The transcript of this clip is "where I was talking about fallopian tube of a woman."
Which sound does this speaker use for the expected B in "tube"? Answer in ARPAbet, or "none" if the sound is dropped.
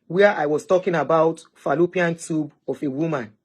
B